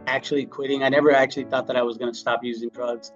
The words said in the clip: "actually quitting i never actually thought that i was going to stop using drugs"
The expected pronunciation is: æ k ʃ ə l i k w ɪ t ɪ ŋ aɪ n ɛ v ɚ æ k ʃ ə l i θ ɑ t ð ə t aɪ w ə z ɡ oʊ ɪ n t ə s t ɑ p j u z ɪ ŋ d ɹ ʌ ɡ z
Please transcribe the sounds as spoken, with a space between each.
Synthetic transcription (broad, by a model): æ k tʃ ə l i k w ɪ t ɪ ŋ aɪ n ɛ v ɚ æ k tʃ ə l i θ ɑ t ð ə t aɪ w ə z ɡ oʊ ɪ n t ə s t ɑ p j u z ɪ ŋ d ɹ ʌ ɡ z